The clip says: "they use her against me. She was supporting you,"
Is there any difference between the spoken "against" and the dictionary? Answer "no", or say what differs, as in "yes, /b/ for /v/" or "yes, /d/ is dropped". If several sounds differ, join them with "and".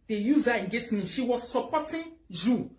yes, /n/ is dropped